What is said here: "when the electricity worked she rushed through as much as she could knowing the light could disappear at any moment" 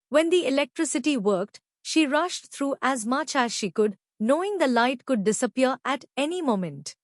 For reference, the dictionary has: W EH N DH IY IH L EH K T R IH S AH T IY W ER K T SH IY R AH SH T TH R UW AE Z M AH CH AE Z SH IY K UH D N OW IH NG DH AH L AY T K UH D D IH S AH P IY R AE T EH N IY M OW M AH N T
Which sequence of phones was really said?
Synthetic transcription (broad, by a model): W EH N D IY IH L EH K T R IH S AH T IY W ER K T SH IY R AH SH T T R UW AE Z M AH CH AE Z SH IY K UH D N OW IH NG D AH L AY T K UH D D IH S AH P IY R AE T EH N IY M OW M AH N T